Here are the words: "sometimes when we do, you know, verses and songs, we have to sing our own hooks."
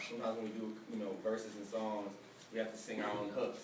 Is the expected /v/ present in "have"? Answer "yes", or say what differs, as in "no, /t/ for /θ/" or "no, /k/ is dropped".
no, /f/ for /v/